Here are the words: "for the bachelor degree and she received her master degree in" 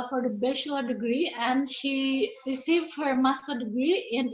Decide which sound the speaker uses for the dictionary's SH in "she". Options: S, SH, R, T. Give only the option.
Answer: SH